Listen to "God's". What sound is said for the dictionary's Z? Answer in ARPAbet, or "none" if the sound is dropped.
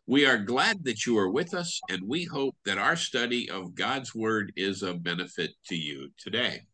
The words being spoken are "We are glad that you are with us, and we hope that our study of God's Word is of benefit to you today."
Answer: Z